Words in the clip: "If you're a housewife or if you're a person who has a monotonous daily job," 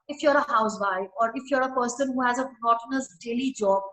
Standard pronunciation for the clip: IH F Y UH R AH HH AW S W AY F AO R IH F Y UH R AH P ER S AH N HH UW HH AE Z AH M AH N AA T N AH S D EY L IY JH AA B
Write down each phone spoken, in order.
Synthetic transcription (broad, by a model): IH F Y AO R AH HH AW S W AY AO R IH F Y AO R AH P ER S AH N HH UW HH AE Z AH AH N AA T N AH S D EY L IY JH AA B